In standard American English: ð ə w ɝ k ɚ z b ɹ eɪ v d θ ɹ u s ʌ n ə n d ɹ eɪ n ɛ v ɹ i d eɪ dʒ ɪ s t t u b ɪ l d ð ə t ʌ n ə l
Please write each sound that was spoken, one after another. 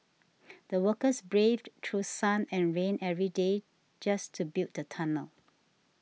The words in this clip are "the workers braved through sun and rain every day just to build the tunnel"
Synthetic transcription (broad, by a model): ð ə w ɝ k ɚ s b ɹ eɪ v d t ɹ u s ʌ n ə n ɹ eɪ n ɛ v ɹ i d eɪ dʒ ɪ s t t u b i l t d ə t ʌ n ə l